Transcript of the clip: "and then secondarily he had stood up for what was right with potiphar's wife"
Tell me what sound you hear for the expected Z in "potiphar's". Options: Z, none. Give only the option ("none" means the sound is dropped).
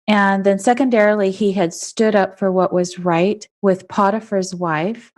Z